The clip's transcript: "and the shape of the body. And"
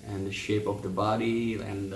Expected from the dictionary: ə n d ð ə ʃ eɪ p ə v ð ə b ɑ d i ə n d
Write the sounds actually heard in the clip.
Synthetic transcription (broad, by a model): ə n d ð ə ʃ eɪ p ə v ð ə b ɑ d i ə n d